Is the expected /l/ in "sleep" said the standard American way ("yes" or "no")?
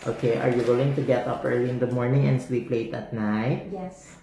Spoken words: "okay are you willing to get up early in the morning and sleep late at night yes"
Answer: no